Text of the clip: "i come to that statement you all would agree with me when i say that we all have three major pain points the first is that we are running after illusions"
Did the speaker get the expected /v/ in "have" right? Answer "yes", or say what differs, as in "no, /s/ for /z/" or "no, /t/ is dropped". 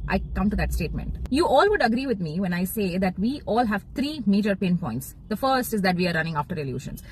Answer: yes